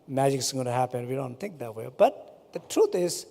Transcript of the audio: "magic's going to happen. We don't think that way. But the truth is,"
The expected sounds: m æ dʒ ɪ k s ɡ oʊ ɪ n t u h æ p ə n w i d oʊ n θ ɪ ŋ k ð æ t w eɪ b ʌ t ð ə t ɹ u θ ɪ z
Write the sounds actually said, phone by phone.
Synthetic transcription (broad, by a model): m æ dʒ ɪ k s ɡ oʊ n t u h æ p ə n w i d oʊ n t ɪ ŋ k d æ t w eɪ b ʌ t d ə t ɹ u t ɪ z